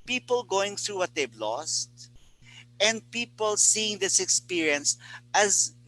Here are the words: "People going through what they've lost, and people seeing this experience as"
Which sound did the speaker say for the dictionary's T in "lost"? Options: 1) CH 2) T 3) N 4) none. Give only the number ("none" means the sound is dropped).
2